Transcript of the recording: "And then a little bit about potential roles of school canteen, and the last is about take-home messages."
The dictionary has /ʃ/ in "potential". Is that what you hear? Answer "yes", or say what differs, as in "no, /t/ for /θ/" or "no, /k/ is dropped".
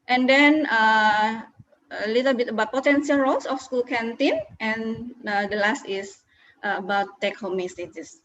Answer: no, /s/ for /ʃ/